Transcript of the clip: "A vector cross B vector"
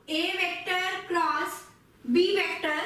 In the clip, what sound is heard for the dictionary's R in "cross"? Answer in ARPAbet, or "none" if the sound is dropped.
L